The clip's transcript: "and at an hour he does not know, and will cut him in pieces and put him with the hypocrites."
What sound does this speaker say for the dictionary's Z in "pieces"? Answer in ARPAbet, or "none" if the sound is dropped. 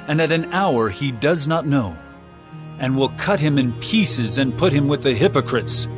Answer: Z